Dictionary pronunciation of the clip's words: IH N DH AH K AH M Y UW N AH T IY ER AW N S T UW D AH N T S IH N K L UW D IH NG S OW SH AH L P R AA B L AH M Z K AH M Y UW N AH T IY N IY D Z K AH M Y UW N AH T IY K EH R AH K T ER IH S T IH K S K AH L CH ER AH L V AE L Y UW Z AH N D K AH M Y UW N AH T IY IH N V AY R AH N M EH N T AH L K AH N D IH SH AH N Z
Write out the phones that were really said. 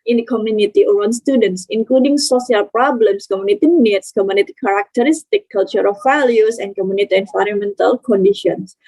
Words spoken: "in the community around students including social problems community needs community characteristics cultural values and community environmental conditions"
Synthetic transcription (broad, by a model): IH N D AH K AH M Y UW N AH T IY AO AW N S T UW D AH N T S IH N K L UW D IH NG S OW S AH L P R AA B L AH M S K AH M Y UW N AH T IY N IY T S K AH M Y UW N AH T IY K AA R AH K T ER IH S T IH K K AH L CH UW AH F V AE L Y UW S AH N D K AH M Y UW N AH T IY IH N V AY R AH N M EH N T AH L K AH N D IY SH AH N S